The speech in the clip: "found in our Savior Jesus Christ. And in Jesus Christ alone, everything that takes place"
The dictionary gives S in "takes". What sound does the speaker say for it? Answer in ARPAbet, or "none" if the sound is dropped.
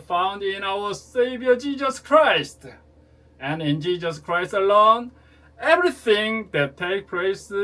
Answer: none